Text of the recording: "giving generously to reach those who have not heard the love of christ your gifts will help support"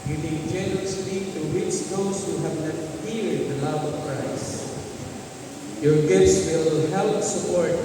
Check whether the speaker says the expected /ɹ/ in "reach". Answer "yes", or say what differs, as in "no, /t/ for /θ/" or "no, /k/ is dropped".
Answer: no, /w/ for /ɹ/